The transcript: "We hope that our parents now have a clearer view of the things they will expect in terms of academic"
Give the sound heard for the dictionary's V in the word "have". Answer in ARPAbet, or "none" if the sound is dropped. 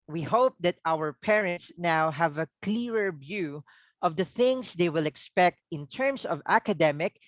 V